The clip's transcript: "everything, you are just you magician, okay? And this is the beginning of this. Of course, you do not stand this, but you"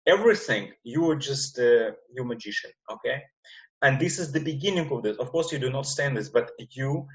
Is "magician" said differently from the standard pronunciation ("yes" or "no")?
no